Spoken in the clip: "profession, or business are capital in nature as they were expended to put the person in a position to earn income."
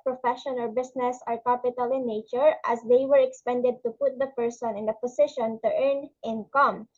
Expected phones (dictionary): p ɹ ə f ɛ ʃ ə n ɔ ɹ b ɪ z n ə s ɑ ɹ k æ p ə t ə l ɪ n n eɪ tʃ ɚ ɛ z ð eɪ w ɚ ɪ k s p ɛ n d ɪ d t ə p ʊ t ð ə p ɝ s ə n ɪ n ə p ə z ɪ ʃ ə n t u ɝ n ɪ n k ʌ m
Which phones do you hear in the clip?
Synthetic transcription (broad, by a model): p ɹ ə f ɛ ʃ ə n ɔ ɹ b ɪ s n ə s ɑ ɹ k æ p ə t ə l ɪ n n eɪ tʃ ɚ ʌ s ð eɪ w ɚ ɪ k s p ɛ n d ɪ d t ə p ʊ t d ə p ɝ s ə n ɪ n ə p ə s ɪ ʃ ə n t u ɝ n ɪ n k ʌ m